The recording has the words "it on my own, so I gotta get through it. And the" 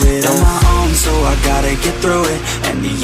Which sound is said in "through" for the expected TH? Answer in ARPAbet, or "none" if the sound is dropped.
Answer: TH